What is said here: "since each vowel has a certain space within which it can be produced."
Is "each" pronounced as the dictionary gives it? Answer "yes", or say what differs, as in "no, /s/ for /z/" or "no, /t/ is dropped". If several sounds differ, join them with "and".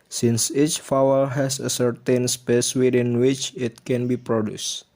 yes